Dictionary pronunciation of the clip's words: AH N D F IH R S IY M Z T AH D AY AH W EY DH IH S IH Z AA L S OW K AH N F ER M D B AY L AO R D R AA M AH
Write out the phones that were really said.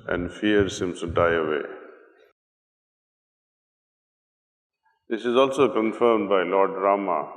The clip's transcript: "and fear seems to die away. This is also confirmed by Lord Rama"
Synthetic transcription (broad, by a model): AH N D F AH R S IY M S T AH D AY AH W EY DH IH S IH Z AA L S OW K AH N F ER M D B AY L AO R D R AA M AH